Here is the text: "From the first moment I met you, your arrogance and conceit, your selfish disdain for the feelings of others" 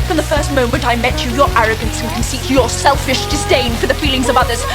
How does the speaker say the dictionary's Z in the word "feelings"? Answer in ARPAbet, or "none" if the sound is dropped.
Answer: Z